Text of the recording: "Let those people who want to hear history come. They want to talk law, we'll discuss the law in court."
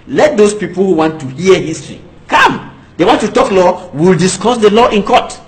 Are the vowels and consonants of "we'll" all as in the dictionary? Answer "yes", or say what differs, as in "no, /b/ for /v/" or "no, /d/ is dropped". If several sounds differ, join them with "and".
yes